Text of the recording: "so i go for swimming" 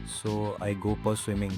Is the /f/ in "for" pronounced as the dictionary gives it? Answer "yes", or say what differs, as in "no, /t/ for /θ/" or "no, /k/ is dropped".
no, /p/ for /f/